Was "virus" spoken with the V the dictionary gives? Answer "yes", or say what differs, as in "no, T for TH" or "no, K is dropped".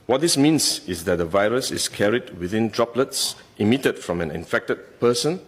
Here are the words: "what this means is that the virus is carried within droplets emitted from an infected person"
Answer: yes